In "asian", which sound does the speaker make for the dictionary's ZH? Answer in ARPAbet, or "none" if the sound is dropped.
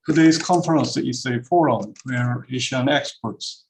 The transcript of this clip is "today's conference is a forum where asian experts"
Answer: SH